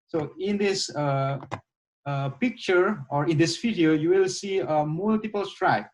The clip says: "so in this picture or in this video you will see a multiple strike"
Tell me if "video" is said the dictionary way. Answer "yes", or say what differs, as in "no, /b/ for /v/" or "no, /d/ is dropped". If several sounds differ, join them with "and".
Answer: no, /f/ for /v/